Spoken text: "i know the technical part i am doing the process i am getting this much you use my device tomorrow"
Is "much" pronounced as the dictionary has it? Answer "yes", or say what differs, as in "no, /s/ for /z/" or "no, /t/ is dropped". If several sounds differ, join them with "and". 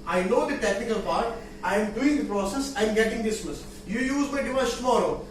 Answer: no, /s/ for /tʃ/